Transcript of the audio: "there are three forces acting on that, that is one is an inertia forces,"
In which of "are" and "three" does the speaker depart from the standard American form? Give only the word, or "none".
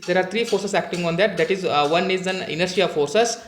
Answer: three